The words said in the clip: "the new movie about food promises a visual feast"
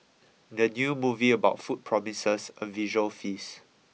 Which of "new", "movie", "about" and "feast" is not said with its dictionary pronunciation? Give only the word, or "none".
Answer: feast